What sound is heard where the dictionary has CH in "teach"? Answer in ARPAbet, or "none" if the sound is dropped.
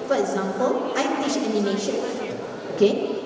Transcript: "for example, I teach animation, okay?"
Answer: SH